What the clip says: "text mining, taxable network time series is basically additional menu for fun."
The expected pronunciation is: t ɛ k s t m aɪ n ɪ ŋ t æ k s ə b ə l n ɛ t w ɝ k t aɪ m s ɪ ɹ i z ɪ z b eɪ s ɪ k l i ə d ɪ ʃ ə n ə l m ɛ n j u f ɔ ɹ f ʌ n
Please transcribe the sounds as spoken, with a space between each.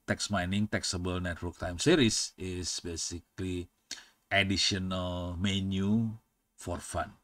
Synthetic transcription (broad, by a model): t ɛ k s m aɪ n ɪ ŋ t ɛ k s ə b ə l n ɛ t w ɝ k t aɪ m s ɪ ɹ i s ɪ s b eɪ s ɪ k l i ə d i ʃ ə n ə l m ɛ n j u f ɔ ɹ f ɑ n